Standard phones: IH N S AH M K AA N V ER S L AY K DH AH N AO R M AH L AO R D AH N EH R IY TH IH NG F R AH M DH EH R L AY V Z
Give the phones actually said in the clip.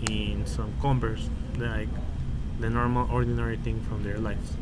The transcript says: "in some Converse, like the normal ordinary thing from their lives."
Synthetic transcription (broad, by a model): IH N S AH M K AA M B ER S L AY K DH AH N AO R M AH L AO R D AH N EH R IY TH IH NG F R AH M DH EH R L AY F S